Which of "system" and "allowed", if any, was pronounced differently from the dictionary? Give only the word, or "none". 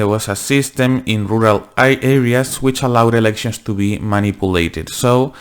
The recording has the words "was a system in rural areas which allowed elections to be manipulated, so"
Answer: none